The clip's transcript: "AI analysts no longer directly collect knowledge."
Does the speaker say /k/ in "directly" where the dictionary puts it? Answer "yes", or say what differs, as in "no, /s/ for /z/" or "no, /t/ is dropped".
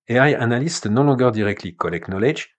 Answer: yes